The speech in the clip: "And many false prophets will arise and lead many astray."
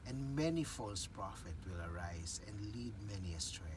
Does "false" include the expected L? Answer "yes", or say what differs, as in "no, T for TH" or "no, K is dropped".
yes